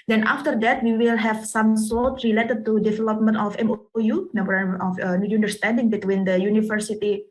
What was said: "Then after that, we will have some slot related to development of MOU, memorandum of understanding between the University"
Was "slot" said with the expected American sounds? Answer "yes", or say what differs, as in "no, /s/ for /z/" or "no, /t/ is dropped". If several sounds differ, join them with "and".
no, /l/ is dropped